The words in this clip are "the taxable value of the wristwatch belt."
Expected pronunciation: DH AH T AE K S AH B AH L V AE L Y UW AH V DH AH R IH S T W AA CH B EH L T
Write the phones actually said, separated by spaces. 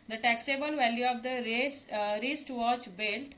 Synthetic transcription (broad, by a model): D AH T AE K S AH B AH L V AE L Y UW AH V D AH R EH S T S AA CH B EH L T